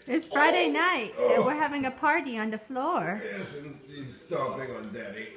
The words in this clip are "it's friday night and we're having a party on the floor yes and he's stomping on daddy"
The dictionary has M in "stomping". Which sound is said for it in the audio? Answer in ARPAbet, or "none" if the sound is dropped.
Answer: none